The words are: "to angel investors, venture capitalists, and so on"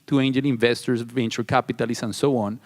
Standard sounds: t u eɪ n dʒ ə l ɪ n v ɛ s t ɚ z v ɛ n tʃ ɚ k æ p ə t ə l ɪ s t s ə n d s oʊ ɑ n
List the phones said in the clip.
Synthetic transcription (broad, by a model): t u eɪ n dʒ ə n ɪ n v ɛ s t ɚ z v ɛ n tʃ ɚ k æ p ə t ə l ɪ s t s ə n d s oʊ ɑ n